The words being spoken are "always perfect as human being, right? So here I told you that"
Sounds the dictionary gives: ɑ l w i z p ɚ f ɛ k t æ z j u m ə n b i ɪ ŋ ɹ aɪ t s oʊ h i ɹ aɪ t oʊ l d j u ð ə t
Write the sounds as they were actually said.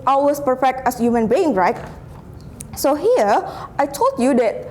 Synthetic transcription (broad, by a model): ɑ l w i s p ɚ f ɛ k t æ s j u m ə n b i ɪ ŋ ɹ aɪ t s oʊ h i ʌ aɪ t oʊ l d j u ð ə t